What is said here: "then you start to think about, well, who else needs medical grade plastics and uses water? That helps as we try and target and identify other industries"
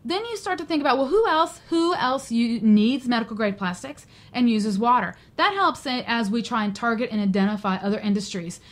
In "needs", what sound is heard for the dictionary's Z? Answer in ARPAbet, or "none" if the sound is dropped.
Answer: Z